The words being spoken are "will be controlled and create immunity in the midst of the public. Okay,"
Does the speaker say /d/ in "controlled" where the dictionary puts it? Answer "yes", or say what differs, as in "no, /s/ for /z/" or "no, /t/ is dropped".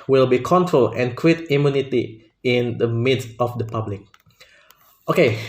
no, /d/ is dropped